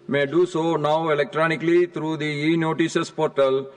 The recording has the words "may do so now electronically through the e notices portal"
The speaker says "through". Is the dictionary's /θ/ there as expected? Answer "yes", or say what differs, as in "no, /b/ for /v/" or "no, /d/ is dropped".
no, /t/ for /θ/